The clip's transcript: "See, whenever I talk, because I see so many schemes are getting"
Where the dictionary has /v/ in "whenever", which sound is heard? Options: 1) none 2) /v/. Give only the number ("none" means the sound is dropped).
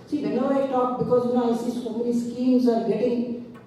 1